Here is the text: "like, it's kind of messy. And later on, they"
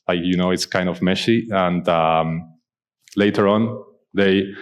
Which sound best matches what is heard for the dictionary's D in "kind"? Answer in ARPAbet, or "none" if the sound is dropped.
D